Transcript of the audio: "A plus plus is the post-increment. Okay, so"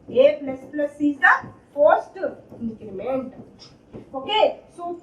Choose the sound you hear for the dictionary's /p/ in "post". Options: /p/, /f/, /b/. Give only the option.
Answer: /f/